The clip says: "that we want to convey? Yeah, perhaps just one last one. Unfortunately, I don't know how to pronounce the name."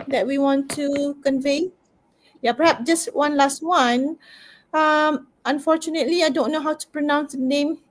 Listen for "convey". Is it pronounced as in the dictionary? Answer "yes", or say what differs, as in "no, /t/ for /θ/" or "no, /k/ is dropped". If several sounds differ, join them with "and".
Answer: yes